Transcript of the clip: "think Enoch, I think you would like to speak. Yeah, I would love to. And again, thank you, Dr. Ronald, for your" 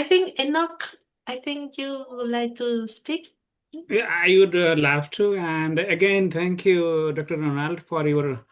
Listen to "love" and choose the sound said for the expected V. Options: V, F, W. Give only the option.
F